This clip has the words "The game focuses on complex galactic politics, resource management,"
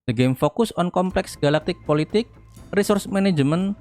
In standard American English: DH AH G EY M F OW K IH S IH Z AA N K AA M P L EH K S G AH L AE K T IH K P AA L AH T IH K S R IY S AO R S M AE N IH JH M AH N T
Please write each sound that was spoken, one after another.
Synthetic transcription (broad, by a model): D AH G EY M F OW K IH S AA N K AA M P L EH K S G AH L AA K T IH K P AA L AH T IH K R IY S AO R S M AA N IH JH M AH N